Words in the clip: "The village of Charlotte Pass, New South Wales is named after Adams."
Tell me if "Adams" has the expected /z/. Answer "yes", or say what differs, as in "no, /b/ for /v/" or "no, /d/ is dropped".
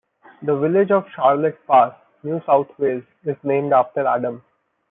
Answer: no, /z/ is dropped